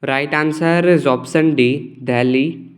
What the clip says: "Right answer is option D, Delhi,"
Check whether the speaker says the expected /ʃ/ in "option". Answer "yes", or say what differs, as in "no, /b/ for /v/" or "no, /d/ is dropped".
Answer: no, /s/ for /ʃ/